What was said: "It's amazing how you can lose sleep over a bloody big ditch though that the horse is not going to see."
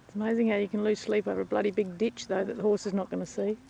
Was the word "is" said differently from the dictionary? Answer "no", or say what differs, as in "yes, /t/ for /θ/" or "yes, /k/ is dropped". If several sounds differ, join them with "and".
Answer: no